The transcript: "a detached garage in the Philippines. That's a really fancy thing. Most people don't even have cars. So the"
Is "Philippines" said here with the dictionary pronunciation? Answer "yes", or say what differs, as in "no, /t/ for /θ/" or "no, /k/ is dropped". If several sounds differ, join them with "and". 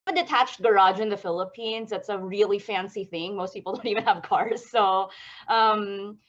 yes